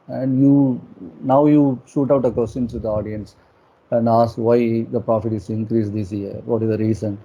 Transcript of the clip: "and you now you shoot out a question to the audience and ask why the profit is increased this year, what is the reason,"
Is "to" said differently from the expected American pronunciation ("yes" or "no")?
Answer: yes